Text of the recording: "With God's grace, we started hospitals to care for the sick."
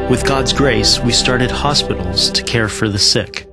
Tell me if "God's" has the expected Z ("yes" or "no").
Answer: yes